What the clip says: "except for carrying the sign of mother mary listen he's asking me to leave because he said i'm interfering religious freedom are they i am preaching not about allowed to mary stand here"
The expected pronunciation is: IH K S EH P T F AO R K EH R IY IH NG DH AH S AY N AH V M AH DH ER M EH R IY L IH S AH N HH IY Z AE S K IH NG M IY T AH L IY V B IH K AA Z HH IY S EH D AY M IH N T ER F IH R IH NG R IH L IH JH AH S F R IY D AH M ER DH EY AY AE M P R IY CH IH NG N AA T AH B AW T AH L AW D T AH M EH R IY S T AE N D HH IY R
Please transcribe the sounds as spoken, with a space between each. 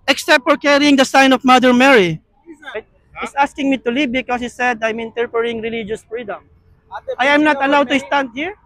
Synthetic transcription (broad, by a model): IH K S EH P T F AO R K EH R IY IH NG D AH S AY N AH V M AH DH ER M EH R IY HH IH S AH S K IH NG M IY T AH L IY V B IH K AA S HH IY S EH D AY M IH N T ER P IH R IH NG R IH L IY JH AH S F R IY D AH M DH AY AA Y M N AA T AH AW T AH L AW D T AH S T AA N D HH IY R